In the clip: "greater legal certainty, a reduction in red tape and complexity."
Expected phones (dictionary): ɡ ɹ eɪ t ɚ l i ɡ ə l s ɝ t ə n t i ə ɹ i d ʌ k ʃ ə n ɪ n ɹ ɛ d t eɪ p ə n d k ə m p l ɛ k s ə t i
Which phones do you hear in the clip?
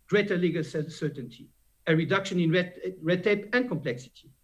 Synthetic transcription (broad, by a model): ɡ ɹ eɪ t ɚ l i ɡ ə l s ɝ t ə n t i ə ɹ i d ʌ k ʃ ə n ɪ n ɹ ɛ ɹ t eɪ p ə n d k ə m p l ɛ k s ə t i